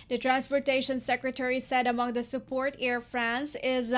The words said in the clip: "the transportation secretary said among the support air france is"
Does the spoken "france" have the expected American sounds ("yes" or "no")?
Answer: yes